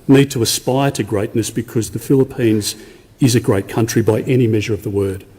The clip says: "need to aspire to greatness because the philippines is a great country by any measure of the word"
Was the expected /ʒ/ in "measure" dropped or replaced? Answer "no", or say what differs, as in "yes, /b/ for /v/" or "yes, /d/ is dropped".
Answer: no